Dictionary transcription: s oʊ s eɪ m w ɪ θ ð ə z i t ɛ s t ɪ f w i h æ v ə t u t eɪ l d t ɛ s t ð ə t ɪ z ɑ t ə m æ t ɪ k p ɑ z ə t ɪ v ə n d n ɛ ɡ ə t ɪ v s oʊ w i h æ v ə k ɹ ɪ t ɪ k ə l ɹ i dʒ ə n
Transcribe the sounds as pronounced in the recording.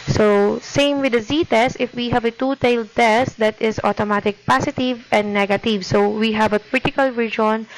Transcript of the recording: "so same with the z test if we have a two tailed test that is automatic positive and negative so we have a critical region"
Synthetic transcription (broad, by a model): s oʊ s eɪ m w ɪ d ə z i t ɛ s t ɪ f w i h æ v ə t u t eɪ l d t ɛ s t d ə t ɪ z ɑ t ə m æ t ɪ k p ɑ s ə t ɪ v ə n d n ɛ ɡ ə t ɪ v s oʊ w i h æ v ə k ɹ ɪ t ɪ k ə l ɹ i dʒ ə n